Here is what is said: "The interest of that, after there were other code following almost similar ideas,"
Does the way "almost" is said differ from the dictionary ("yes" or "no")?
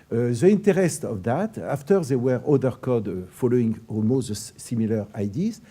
yes